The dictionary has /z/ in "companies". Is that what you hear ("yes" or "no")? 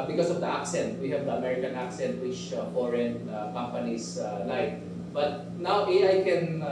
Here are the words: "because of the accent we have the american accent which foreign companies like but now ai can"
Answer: no